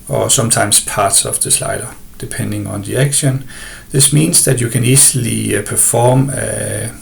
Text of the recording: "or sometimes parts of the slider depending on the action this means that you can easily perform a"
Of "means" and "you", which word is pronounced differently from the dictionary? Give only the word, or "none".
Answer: means